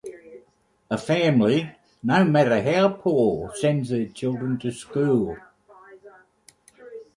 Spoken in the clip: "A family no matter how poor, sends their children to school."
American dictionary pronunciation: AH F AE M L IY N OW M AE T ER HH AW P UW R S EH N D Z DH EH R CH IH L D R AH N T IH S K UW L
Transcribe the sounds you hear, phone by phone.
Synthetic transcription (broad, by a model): AH F AE M L IY N OW M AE T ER HH AW P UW L S EH N D Z DH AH CH IH L D R AH N T IH S K UW L